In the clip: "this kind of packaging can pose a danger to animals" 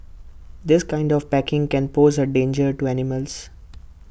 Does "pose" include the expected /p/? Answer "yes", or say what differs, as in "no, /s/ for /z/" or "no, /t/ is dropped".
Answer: yes